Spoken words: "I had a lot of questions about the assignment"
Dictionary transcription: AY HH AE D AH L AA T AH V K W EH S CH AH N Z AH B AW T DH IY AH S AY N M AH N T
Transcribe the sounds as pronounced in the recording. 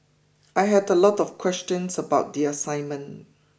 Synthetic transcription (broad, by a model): AY HH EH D AH L AA T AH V K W EH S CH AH N S AH B AW T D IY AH S AY N M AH N